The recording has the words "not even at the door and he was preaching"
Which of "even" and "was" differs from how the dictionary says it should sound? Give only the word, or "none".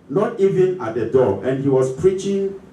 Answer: was